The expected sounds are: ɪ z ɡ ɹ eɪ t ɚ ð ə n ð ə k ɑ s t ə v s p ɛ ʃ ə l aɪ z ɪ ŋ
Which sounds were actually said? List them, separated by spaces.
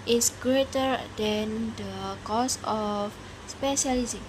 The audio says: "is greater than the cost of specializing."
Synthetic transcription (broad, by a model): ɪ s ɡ ɹ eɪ t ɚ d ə n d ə k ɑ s ə f s p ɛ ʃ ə l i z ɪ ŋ